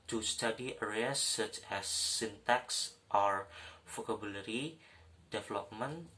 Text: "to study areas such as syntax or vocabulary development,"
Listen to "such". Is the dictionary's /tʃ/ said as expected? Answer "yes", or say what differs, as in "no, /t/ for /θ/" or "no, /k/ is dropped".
yes